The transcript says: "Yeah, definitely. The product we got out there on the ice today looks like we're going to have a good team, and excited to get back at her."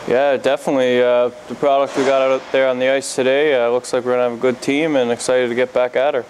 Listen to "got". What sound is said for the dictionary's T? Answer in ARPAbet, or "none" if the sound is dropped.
T